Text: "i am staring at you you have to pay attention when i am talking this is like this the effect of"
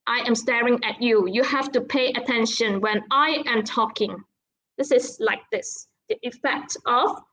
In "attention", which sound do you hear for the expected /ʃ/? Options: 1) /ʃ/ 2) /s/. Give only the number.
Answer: 1